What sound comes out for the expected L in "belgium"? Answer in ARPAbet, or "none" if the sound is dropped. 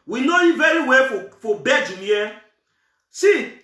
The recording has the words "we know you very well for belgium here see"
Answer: none